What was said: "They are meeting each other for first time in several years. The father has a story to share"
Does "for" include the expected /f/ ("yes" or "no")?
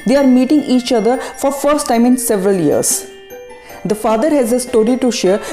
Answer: yes